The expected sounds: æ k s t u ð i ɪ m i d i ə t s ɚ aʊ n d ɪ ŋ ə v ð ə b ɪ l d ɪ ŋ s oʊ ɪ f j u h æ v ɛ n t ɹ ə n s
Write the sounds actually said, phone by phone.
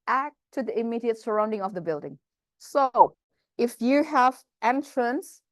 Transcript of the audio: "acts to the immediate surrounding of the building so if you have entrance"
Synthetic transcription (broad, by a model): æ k t u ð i ɪ m i d i ə t s ɚ aʊ n d ɪ ŋ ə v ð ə b ɪ l d ɪ ŋ s oʊ ɪ f j u h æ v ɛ n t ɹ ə n s